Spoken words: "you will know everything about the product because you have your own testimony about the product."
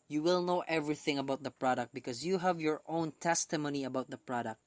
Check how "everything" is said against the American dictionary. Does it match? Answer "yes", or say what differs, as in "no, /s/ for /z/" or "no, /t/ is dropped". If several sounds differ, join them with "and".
yes